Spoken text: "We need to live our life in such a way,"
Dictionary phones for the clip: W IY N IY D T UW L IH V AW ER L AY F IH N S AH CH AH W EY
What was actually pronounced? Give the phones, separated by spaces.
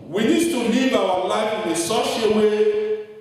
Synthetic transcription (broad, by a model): W IY N IY D T UW L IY V AW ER L AY F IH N S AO SH AH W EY